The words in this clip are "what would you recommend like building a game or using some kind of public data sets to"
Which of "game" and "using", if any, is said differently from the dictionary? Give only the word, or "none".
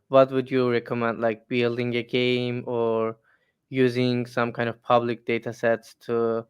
none